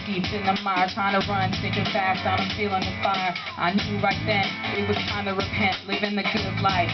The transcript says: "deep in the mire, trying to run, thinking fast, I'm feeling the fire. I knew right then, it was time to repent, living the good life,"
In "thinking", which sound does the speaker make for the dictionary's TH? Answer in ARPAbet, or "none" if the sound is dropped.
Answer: S